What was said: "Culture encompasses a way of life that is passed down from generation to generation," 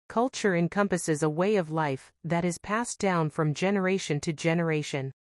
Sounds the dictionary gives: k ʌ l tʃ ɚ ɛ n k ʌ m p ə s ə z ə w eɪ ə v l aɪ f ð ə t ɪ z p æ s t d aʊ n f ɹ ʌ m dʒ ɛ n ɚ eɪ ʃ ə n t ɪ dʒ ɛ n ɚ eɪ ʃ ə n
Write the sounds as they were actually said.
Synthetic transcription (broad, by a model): k ʌ l tʃ ɚ ɛ n k ʌ m p ə s ə z ə w eɪ ə v l aɪ f ð ə t ɪ z p æ s d aʊ n f ɹ ʌ m dʒ ɛ n ɚ eɪ ʃ ə n t ɪ dʒ ɛ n ɚ eɪ ʃ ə n